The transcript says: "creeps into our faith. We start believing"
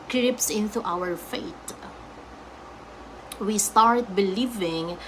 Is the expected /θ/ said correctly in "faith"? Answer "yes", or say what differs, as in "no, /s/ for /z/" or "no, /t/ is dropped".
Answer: no, /t/ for /θ/